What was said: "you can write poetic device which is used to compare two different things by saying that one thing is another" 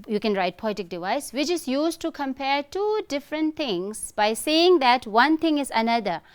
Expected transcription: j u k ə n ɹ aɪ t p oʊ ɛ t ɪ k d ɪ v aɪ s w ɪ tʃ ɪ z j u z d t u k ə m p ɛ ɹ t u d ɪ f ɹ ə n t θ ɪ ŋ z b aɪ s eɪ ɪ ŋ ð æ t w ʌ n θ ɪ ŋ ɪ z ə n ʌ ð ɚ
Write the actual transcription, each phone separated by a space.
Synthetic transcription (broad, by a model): j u k ə n ɹ aɪ t p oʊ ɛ t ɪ k d ɪ v aɪ s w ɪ tʃ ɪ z j u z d t u k ə m p ɛ ɹ t u d ɪ f ɹ ə n t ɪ ŋ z b aɪ s eɪ ɪ ŋ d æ t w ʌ n t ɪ ŋ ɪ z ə n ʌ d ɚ